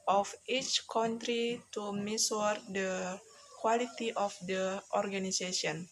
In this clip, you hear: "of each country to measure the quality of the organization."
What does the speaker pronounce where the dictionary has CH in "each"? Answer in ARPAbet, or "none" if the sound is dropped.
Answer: CH